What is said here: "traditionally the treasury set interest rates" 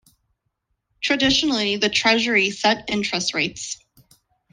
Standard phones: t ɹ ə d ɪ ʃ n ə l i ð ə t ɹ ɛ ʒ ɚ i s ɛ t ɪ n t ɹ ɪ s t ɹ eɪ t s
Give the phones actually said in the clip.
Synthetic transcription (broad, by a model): t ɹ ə d ɪ ʃ n l i ð ə t ɹ ɛ ʒ ɚ i s ɛ t ɪ n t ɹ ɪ s t ɹ eɪ t s